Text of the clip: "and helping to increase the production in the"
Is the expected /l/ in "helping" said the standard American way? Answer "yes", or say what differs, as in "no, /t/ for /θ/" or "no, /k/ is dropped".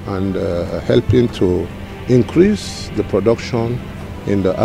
yes